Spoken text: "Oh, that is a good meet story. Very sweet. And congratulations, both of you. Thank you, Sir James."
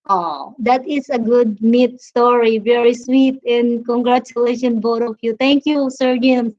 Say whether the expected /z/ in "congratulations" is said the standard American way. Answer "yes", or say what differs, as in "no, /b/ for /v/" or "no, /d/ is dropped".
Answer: no, /z/ is dropped